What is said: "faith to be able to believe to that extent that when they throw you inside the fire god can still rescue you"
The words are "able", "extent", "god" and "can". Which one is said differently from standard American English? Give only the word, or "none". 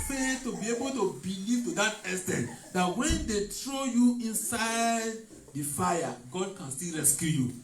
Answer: extent